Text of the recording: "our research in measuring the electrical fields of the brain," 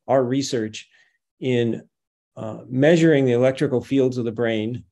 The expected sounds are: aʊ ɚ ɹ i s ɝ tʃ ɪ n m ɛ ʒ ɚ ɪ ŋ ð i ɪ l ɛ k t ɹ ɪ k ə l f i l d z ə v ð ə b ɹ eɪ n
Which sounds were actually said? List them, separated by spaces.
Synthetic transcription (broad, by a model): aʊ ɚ ɹ i s ɝ tʃ ɪ n m ɛ ʒ ɚ ɪ ŋ ð i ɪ l ɛ k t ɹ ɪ k l f i l d z ə v ð ə b ɹ eɪ n